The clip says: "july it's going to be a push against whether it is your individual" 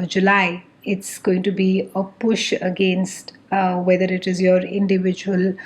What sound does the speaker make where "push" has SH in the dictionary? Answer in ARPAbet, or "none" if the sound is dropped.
SH